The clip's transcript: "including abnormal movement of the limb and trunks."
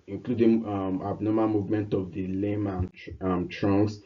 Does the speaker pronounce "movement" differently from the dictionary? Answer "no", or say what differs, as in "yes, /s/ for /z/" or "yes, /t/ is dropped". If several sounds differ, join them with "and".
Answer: no